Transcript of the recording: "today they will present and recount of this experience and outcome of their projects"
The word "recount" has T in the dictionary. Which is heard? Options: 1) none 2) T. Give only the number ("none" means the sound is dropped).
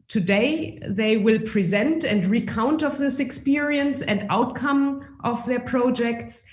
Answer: 2